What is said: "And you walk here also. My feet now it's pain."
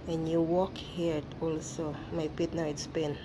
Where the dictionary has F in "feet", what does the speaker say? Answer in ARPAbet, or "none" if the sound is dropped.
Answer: P